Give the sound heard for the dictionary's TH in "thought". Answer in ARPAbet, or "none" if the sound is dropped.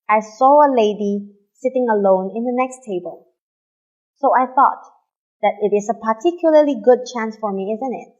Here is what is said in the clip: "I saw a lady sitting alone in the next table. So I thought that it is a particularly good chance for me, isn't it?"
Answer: TH